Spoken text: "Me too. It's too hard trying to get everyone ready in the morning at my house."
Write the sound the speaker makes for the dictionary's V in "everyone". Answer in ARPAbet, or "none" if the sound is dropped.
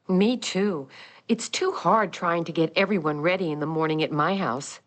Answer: V